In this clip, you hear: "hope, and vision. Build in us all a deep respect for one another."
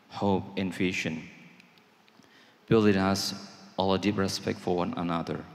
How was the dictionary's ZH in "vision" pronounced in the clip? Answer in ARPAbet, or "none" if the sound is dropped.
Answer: SH